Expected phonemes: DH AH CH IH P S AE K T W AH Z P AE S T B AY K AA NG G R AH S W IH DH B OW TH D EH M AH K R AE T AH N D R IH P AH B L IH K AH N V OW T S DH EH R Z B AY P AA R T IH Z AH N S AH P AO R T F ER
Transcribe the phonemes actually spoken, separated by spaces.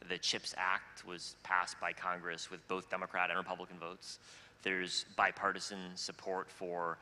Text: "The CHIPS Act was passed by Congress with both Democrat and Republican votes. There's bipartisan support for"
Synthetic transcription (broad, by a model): DH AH CH IH P S AE K T W AH Z P AE S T B AY K AA NG G R AH S W IH DH B OW TH D EH M AH K R AE T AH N R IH P AH B L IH K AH N V OW T S DH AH R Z B AY P AA R T IH Z AH N S AH P AO R T F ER